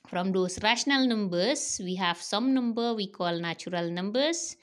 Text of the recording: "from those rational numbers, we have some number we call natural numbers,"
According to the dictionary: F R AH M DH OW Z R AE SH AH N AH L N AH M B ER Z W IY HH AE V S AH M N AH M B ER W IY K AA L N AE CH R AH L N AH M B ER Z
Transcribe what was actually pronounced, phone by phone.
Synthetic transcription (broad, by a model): F R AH M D OW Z R AE SH AH N AH L N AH M B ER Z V IY HH AE V S AH M N AH M B ER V IY K AA L N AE CH R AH L N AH M B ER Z